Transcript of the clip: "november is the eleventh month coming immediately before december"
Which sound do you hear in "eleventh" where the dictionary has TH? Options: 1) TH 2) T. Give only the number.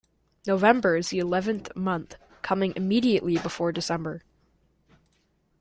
1